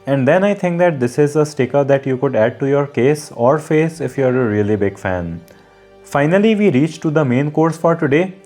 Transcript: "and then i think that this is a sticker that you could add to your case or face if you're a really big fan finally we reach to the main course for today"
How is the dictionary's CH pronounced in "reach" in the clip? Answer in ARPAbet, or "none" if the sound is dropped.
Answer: CH